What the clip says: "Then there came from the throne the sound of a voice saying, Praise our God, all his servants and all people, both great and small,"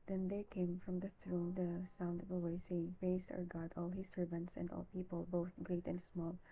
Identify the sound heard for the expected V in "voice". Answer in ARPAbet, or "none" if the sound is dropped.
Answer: W